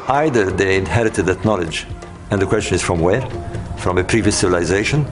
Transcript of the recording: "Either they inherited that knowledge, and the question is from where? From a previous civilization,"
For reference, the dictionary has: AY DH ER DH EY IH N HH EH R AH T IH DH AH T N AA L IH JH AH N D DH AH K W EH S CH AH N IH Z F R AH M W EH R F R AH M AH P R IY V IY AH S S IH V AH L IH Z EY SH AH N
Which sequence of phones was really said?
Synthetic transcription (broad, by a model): AY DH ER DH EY IH N HH EH R AH T IH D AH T N AA L IH JH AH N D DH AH K W EH S CH AH N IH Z F R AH M W EH R F R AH M AH P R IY V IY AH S S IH V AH L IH Z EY SH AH N